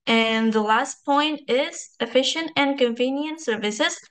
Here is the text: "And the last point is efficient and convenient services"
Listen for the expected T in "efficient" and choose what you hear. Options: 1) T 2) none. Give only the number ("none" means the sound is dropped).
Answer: 1